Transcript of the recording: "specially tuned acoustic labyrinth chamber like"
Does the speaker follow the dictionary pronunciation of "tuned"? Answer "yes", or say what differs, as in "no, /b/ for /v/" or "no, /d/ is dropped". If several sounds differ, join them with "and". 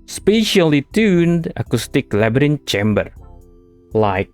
yes